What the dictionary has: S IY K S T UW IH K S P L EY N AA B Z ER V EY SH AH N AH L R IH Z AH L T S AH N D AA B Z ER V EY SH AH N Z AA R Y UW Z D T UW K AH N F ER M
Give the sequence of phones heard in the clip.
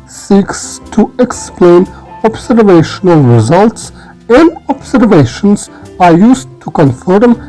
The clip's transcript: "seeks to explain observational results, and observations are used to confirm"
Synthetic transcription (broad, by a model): S IY K S T UW IH K S P L EY N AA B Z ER V EY SH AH N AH L R IH Z AH L T S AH N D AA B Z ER V EY SH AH N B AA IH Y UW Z T UW K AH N F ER M